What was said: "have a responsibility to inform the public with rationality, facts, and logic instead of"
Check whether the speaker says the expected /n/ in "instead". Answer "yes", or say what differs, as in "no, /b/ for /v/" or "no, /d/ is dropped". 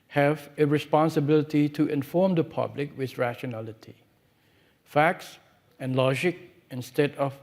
yes